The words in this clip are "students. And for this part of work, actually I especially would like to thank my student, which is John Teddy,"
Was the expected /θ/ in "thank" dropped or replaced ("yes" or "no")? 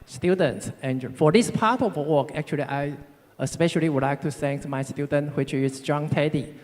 yes